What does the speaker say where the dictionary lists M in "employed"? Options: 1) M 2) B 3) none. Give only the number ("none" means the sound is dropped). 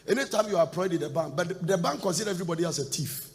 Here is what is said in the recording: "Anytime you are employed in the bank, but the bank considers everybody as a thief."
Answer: 3